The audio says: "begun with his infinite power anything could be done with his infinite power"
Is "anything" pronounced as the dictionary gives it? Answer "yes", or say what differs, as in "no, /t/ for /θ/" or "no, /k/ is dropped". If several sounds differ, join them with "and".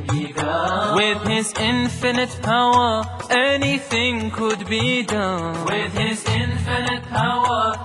yes